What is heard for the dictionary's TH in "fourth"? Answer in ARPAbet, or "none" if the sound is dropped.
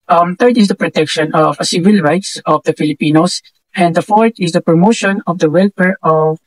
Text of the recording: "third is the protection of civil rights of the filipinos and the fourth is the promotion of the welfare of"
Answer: T